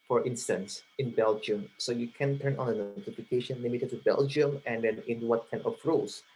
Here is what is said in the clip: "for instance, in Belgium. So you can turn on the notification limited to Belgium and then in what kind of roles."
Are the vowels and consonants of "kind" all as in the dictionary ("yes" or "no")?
no